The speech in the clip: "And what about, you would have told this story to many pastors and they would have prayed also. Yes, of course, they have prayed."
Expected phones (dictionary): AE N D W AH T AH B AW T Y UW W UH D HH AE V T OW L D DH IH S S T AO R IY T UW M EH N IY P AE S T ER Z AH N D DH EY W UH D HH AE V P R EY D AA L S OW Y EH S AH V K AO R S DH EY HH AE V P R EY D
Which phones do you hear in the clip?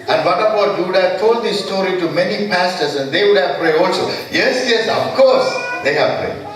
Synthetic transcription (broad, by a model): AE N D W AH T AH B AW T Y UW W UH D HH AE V T OW L D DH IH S S T AO R IY T UW M EH N IY P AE S T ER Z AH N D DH EY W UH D HH AE V P R EY D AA L S OW Y EH S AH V K AO R S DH EY HH AE V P R EY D